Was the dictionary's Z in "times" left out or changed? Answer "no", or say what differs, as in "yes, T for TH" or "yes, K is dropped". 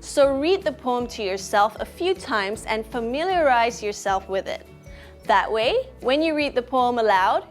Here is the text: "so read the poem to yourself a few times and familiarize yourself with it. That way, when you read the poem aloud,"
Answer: no